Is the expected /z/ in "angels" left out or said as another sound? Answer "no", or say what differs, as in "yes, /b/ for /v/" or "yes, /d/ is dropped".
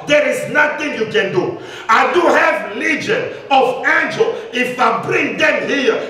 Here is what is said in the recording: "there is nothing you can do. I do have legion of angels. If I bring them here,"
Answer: yes, /z/ is dropped